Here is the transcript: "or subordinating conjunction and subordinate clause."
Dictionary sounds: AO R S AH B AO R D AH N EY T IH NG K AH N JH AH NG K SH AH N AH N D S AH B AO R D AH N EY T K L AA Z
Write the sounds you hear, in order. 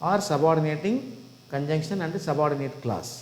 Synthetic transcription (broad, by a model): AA R S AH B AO R D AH N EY T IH NG K AH N JH AH NG K SH AH N AH N D S AH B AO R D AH N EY T K L AA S